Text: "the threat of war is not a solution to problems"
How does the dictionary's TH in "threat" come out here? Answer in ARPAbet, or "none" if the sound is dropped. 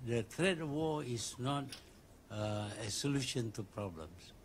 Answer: T